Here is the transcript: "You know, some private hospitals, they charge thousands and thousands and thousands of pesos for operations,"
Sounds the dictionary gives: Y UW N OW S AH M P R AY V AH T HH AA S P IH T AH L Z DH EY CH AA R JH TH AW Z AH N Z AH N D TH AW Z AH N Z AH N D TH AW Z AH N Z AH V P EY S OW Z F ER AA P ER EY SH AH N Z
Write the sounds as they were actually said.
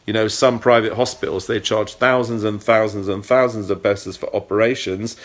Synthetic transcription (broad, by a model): Y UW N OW S AH M P R AY V AH T HH AA S P IH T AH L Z DH EY CH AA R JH TH AW Z AH N Z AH N TH AW Z AH N Z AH N TH AW Z AH N Z AH V B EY S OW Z F ER AA P ER EY SH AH N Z